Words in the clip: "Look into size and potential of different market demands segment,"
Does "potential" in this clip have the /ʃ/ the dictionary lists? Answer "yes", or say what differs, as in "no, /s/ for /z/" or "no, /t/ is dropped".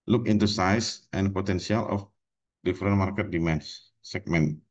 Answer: no, /s/ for /ʃ/